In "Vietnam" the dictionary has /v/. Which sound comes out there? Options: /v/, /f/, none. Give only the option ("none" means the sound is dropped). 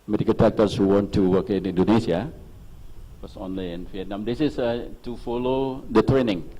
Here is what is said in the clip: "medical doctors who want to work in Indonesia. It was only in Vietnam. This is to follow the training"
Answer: /f/